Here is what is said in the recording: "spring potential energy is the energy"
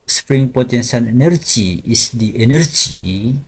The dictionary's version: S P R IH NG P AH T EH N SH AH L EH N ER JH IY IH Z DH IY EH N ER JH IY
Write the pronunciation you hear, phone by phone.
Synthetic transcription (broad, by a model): S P R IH NG P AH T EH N S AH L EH N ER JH IY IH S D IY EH N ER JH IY